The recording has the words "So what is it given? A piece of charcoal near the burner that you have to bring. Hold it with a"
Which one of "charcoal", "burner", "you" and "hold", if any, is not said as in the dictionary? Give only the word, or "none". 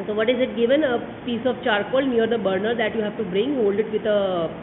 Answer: none